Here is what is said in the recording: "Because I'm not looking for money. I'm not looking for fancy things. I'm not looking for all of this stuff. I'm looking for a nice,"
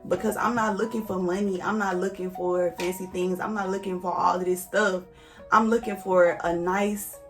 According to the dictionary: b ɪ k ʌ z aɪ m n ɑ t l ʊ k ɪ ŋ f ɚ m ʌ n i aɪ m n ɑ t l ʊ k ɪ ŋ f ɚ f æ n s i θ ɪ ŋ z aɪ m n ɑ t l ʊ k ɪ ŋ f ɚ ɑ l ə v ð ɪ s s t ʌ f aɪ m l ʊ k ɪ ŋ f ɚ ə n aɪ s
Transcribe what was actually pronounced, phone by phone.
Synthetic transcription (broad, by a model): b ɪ k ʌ z aɪ m n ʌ t l ʊ k ɪ ŋ f ɚ m ʌ n i aɪ m n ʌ t l ʊ k ɪ ŋ f ɚ f æ n s i θ ɪ ŋ z aɪ m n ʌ t l ʊ k ɪ ŋ f ɚ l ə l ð ɪ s s t ʌ f aɪ m l ʊ k ɪ ŋ f ɚ ə n aɪ s